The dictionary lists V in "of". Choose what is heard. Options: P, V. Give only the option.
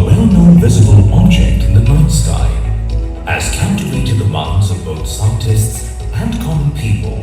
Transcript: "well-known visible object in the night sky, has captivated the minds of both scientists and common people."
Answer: V